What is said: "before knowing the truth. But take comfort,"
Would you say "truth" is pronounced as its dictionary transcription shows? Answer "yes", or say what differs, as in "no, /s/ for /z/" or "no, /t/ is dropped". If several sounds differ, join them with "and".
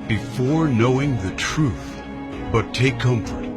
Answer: yes